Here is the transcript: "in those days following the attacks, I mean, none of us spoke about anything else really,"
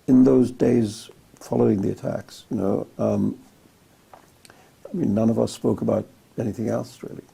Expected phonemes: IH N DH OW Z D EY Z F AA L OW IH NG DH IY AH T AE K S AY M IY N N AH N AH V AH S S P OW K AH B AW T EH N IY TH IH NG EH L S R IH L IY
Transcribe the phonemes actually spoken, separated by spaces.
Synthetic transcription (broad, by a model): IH N DH OW Z D EY Z F AA L OW IH NG DH IY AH T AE K S AY M IY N N AH N AH V AH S S P OW K AH B AW T EH N IY TH IH NG EH L S R IH L IY